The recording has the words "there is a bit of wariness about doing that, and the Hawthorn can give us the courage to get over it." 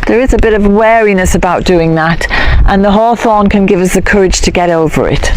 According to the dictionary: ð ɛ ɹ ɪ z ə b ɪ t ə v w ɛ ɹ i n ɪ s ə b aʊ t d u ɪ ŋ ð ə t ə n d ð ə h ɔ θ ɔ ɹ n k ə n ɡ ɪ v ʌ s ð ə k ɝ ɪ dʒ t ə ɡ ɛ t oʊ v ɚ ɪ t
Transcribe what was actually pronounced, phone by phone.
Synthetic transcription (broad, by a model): ð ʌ ɹ ɪ z ə b ɪ t ə v w ɛ ɹ i n ɪ s ə b aʊ t d u ɪ ŋ ð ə t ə n ð ə h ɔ θ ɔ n k ə n ɡ ɪ v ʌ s ð ə k ɝ ɪ dʒ t ə ɡ ɛ t oʊ v ɚ ɪ t